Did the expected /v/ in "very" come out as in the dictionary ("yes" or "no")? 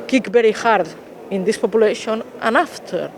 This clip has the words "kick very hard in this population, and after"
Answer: no